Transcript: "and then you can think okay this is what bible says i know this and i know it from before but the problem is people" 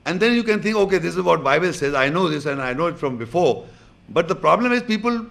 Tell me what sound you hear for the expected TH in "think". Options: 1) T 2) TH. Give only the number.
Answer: 1